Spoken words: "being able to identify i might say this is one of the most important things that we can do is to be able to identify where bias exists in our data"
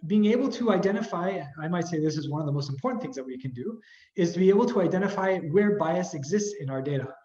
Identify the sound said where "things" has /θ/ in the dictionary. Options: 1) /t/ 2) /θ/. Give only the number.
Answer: 2